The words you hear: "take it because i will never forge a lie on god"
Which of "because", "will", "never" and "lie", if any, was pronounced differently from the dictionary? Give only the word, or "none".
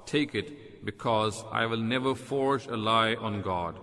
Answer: none